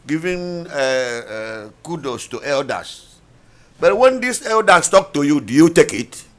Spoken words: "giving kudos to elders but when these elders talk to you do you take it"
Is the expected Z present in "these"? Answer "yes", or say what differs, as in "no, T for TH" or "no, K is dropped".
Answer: no, S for Z